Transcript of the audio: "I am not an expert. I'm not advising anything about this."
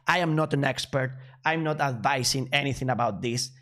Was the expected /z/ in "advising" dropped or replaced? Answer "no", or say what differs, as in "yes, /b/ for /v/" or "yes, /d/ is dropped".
yes, /s/ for /z/